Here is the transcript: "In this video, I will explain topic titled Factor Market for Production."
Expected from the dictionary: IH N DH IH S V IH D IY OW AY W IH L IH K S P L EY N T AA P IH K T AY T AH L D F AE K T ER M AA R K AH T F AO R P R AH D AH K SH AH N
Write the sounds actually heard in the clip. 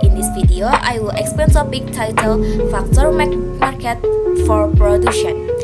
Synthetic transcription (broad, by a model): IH N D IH S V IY D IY OW AY W IH L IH K S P EY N S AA B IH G T AY T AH L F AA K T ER M AA R K AH T F AO R P R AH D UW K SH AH N